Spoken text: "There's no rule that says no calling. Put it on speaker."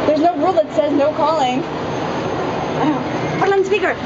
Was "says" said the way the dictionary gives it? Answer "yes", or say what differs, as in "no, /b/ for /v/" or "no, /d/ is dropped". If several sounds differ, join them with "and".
yes